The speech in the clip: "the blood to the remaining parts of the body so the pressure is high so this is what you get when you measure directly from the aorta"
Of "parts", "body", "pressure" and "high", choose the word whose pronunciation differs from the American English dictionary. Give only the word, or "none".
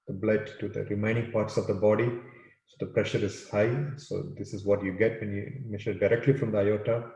none